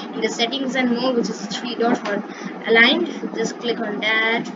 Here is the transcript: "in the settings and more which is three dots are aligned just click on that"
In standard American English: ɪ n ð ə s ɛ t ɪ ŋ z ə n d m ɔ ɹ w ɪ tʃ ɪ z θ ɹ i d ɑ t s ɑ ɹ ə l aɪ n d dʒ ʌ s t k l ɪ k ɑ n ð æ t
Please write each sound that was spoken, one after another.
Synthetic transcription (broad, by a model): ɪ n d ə s ɛ t ɪ ŋ z ə n d m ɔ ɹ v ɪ tʃ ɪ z t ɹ i d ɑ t ɑ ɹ ə l aɪ n d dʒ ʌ s k l ɪ k ɑ n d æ t